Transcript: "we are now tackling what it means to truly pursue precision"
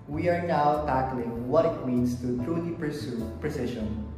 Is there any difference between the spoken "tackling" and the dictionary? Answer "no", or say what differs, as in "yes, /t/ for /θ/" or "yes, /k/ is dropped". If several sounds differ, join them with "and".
no